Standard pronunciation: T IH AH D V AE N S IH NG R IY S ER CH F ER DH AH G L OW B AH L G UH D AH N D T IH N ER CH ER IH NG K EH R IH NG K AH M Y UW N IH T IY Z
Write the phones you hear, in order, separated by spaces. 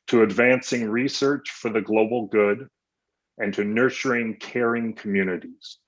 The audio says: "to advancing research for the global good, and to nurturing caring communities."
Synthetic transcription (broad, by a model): T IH AH D V AE N S IH NG R IY S ER CH F ER DH AH G L OW B L G UH D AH N T IH N ER CH ER IH NG K EH R IH NG K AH M Y UW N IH T IY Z